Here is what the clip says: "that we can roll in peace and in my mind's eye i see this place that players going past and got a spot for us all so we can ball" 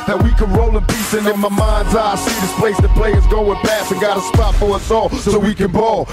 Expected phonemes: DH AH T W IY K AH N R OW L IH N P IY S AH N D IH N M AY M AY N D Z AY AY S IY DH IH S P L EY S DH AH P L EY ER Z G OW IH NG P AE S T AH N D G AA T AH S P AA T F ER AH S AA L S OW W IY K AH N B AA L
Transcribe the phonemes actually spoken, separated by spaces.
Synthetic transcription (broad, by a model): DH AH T W IY K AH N R OW L IH N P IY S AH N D IH N M AY M AY N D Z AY AY S IY DH IH S P L EY S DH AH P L EY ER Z G OW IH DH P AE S AH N G AA T AH S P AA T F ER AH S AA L S OW W IY K AH N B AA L